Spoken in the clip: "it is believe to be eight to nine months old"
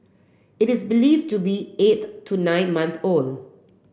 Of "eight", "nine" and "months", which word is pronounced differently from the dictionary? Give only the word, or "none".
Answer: months